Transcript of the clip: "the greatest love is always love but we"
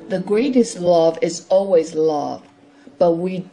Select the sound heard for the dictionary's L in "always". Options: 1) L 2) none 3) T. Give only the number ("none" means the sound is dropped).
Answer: 1